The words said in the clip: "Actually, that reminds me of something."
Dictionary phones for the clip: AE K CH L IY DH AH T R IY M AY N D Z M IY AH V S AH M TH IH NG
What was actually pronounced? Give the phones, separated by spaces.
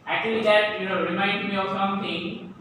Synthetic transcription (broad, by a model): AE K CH L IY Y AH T R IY M AY N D M IY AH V S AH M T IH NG